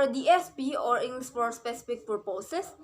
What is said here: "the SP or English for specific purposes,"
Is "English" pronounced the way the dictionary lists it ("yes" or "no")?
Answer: no